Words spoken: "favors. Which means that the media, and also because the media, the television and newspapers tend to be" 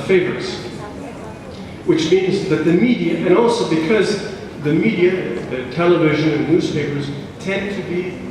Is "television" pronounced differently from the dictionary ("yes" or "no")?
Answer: no